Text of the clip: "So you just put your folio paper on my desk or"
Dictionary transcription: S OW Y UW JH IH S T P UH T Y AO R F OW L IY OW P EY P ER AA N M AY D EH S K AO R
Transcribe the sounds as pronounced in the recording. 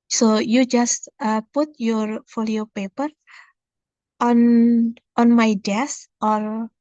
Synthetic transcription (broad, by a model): S OW Y UW JH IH S T P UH T Y AO R F OW L IY OW P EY P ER AA N M AY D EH S AO R